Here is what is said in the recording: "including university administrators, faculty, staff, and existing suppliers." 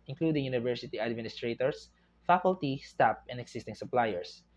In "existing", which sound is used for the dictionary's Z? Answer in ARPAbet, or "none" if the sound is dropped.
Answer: S